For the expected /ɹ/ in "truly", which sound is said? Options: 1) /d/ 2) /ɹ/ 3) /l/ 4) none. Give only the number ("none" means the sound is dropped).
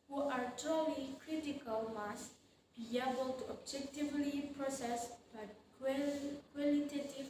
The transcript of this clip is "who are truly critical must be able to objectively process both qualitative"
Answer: 4